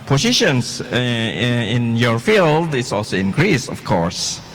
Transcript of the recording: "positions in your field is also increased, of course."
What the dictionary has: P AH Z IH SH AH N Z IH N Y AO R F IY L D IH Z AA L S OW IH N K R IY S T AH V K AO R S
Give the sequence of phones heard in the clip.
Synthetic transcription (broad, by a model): P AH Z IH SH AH N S IH N Y AO R F IY L D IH S AA L S OW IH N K R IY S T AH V K AO R S